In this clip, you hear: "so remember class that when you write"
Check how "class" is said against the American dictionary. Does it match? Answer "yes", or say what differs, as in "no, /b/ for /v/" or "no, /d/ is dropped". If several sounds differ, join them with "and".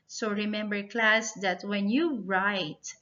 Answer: yes